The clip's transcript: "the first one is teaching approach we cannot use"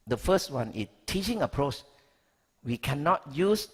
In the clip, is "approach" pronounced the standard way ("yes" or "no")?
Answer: yes